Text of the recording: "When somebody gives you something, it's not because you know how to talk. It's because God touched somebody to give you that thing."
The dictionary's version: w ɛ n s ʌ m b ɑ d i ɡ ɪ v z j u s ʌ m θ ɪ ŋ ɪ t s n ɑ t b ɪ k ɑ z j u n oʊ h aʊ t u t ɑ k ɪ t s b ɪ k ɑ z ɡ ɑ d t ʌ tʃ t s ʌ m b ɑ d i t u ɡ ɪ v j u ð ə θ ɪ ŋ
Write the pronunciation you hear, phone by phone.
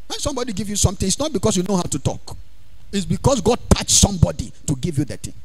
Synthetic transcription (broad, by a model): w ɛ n s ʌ m b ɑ d i ɡ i v j u s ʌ m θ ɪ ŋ ɪ t s n ɑ t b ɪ k ɑ s j u n oʊ h aʊ t u t ɑ k ɪ t s b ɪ k ɑ s ɡ ɑ d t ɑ tʃ s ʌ m b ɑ d i t u ɡ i v j u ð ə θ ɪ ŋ